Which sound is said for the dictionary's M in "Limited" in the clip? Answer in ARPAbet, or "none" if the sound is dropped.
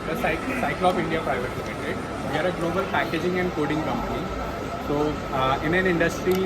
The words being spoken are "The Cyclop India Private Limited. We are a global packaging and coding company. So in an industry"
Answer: none